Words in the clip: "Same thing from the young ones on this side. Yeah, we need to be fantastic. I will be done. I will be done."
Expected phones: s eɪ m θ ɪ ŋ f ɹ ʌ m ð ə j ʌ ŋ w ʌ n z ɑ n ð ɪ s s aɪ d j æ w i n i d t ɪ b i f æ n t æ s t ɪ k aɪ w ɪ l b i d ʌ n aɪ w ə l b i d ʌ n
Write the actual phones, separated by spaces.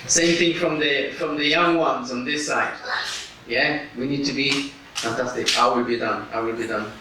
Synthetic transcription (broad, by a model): s eɪ m θ ɪ ŋ f ɹ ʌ m ð ə j ʌ ŋ w ʌ n z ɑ n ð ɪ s s aɪ d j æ w i n i d t ɪ b i f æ n t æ s t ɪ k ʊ w ɪ l b i d ʌ n aɪ w ə l b i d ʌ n